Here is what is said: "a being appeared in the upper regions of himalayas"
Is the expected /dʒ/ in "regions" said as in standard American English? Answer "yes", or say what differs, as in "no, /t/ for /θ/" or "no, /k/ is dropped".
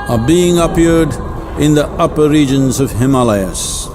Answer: yes